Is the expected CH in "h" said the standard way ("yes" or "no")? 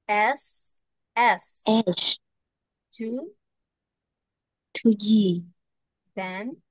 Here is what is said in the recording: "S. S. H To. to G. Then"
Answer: no